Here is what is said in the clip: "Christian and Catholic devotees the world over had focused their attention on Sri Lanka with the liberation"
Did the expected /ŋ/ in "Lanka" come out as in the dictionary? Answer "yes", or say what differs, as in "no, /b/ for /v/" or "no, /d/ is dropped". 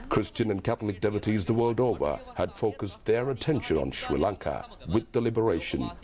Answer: yes